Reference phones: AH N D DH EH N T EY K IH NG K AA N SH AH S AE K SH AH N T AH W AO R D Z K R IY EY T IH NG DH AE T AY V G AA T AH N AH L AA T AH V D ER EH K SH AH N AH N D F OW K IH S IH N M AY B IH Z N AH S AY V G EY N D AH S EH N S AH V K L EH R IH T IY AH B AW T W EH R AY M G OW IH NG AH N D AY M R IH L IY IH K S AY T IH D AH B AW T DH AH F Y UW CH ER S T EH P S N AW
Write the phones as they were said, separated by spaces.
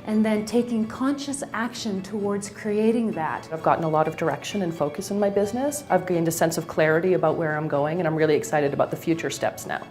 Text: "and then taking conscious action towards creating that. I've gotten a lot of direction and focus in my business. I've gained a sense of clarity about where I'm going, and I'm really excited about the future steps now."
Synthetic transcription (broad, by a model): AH N DH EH N T EY K IH NG K AA N SH AH S AE K SH AH N T AH W AO R D Z K R IY EY T IH NG DH AE T AY V G AA T N AH L AA T AH V D ER EH K SH AH N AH N F OW K IH S N M AY B IH Z N AH S AY V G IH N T AH S EH N S AH V K L EH R IH T IY AH B AW T W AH R AY M G OW IH NG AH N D AY M R IH L IY IH K S AY T IH D AH B AW T DH AH F Y UW CH ER S T EH P S N AW